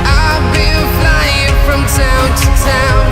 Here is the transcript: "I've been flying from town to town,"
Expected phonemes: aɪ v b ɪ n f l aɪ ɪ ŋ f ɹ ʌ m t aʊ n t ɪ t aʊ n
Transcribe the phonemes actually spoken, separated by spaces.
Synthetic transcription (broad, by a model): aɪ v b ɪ l f l aɪ ɪ ŋ f ɹ ʌ m t aʊ n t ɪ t aʊ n